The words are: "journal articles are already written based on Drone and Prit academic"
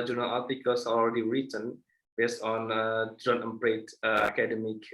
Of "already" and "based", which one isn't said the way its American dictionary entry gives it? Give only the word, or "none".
none